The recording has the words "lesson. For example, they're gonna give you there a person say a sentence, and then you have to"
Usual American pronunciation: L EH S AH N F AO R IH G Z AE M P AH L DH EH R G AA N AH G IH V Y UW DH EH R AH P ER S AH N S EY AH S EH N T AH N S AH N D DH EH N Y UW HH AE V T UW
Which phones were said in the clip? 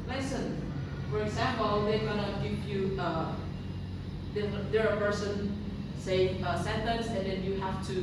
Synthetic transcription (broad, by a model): L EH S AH N F AO R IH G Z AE M P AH L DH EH G AA N AH G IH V Y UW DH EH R AH P ER S AH N S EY AH S EH N T AH N S AH N D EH N Y UW HH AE F T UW